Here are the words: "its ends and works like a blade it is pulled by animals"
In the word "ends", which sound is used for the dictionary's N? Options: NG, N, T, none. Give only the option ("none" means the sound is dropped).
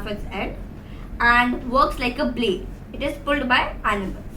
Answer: none